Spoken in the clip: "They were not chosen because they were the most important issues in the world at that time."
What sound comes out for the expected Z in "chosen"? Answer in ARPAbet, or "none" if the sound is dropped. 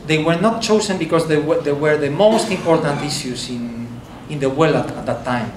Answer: S